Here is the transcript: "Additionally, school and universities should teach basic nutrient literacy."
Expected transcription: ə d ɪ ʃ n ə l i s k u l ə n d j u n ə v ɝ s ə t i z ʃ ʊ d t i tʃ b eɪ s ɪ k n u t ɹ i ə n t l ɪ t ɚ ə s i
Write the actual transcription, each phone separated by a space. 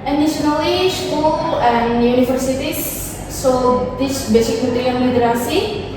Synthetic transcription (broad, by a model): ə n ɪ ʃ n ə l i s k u l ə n j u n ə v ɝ s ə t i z s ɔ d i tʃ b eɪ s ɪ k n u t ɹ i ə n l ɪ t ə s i